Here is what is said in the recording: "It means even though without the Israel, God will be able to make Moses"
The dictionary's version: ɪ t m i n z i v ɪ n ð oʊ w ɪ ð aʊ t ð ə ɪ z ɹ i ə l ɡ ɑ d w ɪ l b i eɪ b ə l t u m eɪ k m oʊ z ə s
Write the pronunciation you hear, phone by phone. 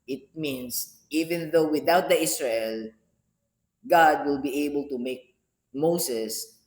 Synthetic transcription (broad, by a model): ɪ t m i n s i v ɪ n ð oʊ w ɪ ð aʊ t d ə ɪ s ɹ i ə l ɡ ɑ d w ɪ l b i eɪ b ə l t u m eɪ k m oʊ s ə s